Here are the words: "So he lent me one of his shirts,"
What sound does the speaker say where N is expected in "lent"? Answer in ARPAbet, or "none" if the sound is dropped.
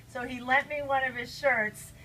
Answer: none